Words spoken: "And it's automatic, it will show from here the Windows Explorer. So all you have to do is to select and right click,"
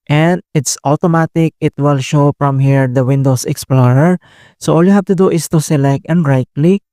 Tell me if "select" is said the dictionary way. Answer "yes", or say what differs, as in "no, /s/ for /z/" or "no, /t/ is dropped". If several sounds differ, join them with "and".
yes